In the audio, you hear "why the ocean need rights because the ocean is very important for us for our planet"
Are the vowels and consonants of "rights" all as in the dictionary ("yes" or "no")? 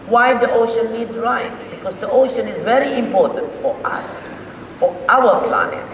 no